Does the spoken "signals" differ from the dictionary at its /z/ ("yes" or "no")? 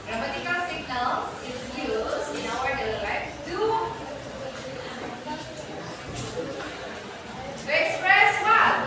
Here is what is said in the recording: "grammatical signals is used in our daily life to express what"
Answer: yes